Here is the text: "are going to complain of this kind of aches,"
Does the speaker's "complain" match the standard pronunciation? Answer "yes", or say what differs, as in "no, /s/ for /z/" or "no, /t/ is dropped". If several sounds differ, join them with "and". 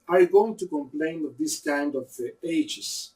yes